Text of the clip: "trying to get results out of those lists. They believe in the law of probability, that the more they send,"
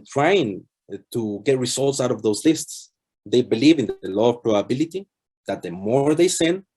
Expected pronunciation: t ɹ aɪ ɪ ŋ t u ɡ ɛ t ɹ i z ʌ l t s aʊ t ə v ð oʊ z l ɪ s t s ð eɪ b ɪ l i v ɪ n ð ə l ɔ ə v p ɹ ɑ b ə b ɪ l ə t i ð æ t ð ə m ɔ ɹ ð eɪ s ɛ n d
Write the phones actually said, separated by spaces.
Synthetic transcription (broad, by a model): t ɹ aɪ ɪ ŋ t u ɡ ɛ t ɹ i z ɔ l t s aʊ t ə v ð oʊ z l ɪ s t s ð eɪ b ɪ l i v ɪ n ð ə l ɔ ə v p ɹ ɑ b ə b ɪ l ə t i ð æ t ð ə m ɔ ɹ ð eɪ s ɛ n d